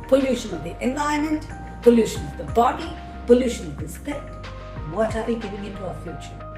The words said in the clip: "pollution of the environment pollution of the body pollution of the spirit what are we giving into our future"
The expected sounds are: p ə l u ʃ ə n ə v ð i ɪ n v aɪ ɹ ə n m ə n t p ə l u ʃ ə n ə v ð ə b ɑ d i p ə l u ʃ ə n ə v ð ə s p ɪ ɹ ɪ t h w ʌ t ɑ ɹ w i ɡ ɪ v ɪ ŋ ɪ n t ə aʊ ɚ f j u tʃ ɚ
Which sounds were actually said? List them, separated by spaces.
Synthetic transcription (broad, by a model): p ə l u ʃ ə n ə v ð i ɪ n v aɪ ə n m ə n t p ə l u ʃ ə n ə v ð ə b ɑ d i p ə l u ʃ ə n ə v ð ə s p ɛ ɪ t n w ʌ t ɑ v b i ɡ ɪ v ɪ ŋ ɪ n t ə aʊ ɚ f j u tʃ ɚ